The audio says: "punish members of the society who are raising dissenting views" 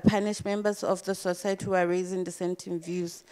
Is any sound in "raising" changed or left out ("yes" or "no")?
no